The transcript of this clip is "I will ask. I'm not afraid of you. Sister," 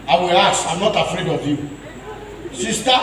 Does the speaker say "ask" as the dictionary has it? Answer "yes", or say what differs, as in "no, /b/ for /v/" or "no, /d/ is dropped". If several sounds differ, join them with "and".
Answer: no, /k/ is dropped